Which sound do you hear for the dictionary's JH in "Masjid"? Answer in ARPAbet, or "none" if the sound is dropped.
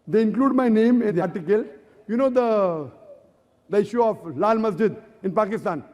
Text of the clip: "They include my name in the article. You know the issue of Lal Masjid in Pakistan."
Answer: JH